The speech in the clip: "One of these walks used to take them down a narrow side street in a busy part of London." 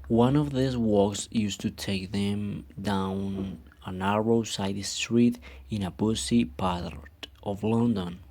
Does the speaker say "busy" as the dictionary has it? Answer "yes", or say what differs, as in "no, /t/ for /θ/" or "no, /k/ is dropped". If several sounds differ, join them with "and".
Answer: no, /s/ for /z/